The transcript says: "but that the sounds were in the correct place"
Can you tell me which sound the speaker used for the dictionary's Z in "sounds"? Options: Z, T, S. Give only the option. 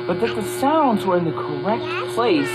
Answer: Z